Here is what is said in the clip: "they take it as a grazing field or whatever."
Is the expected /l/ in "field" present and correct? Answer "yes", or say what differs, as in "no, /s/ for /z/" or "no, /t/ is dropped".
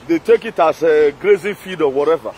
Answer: no, /l/ is dropped